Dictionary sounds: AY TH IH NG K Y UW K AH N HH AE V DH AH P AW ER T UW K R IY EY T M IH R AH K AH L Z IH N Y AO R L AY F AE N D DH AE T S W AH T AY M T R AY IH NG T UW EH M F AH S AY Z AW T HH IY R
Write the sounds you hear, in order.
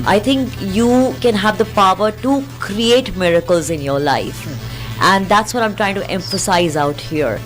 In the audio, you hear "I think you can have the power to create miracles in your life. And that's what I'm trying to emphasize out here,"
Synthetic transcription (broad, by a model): AY T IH NG K Y UW K AH N HH AE V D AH P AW ER T UW K R IY EY T M IH R AH K AH L Z IH N Y AO R L AY F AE N D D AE T S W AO T AY M T R AY IH NG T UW EH M F AH S AY Z AW T HH IY R